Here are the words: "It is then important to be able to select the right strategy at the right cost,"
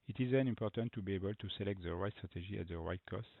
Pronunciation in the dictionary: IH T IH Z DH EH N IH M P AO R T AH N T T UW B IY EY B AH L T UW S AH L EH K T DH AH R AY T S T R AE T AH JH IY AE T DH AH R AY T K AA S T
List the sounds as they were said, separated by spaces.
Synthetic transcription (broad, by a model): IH T IH Z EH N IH M P AO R T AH N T T UW B IY EY B AH L T UW S AH L EH K T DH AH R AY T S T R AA T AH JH IY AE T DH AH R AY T K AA S T